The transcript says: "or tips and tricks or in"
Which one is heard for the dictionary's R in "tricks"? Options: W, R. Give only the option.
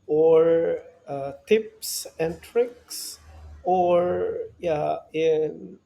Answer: R